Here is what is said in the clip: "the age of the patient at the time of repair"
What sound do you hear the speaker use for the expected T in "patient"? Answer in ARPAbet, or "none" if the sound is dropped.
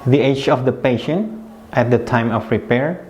T